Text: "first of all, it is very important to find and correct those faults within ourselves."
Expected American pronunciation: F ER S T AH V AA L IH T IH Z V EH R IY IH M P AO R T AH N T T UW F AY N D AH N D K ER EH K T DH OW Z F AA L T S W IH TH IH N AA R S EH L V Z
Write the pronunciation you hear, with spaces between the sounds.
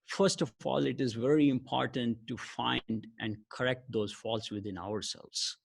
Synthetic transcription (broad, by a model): F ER S T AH AA L IH T IH Z V EH R IY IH M P AO R T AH N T T UW F AY N D AH N D K ER EH K T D OW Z F AA L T S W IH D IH N AA R S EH L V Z